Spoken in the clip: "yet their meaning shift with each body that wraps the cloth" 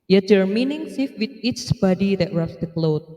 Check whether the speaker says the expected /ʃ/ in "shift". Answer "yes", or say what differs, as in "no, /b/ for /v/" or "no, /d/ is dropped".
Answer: no, /s/ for /ʃ/